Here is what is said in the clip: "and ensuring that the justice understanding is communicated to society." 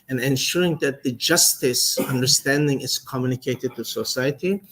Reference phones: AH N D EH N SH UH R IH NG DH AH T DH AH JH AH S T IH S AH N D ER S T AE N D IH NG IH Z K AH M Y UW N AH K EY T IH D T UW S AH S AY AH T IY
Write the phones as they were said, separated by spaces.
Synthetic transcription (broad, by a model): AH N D EH N SH UH R IH NG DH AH T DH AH JH AH S T IH S AH N D ER S T AE N D IH NG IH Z K AH M Y UW N AH K EY T IH D T UW S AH S AY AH T IY